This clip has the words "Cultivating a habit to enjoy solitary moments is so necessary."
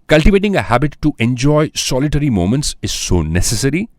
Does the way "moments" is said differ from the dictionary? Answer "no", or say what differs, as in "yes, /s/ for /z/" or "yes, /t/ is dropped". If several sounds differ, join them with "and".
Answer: no